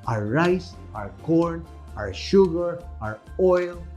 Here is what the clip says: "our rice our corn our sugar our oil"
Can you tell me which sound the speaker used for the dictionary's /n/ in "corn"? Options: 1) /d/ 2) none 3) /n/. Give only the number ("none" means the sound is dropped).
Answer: 3